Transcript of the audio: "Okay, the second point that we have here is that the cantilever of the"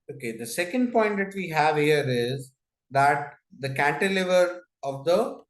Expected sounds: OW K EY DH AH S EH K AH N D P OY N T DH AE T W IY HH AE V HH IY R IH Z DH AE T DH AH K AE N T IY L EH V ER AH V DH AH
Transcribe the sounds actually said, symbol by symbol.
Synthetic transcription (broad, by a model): OW K EY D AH S EH K AH N D P OY N T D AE T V IY HH AE V HH IY R IH Z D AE T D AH K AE N T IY L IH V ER AH V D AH